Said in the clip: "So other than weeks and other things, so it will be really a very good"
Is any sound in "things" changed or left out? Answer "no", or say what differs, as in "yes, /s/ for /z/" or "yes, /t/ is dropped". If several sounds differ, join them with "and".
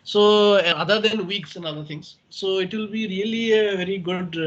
yes, /t/ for /θ/